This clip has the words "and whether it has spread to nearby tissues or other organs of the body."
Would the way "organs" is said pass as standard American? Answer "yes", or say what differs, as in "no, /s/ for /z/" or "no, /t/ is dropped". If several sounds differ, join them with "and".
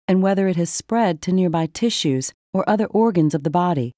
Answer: yes